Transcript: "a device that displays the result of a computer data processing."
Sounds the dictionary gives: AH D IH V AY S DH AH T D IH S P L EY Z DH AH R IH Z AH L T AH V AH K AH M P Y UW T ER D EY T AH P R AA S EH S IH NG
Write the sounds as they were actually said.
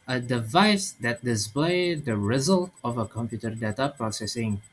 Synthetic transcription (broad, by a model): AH D IH V AY S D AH T D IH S P L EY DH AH R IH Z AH L T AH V AH K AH M P Y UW T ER D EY T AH P R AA S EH S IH NG